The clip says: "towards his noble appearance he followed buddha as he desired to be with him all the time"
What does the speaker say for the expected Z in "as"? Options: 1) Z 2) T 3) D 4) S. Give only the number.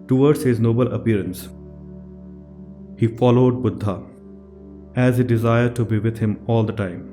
1